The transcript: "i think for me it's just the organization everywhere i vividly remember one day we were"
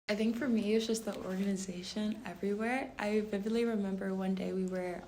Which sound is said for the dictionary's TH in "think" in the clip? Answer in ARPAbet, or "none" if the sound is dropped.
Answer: TH